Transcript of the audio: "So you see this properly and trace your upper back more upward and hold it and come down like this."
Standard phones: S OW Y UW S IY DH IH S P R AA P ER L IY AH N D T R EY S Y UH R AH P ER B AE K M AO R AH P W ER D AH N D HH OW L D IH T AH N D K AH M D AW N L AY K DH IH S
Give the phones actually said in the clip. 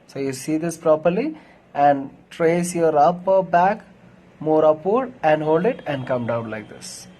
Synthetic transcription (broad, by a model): S OW Y UW S IY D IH S P R AA P ER L IY AH N D T R EY S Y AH R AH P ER B AE K M AO R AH P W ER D AH N D HH OW L D IH T AH N D K AH M D AW N L AY K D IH S